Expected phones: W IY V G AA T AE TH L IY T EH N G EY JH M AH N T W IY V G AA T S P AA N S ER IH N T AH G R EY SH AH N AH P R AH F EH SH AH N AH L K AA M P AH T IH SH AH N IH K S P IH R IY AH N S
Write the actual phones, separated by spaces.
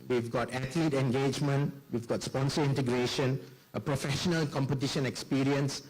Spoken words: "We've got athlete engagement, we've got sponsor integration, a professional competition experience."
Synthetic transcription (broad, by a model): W IY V G AA T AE T L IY T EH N G EY JH M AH N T W IY V G AA T S P AA N S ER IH N T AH G R EY SH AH N AH P R AH F EH SH AH N AH L K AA M P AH T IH SH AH N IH K S P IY R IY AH N S